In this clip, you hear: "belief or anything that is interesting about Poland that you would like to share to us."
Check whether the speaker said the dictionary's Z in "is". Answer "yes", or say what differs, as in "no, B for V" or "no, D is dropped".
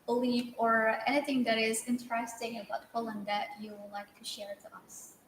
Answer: yes